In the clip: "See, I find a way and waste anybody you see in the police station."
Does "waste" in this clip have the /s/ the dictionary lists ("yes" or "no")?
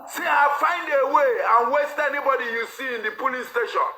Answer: yes